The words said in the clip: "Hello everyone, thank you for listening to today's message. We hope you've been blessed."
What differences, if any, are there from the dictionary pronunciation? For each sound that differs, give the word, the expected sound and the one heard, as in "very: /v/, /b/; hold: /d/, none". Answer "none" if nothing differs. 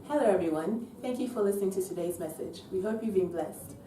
none